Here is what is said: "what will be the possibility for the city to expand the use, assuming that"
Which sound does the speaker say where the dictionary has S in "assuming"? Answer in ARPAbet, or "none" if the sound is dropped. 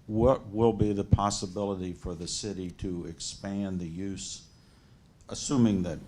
S